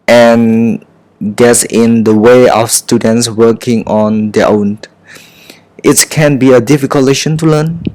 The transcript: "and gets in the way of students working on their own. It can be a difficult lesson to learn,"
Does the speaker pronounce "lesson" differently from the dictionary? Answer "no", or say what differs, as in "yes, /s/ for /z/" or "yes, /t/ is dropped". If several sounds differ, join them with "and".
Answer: yes, /ʃ/ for /s/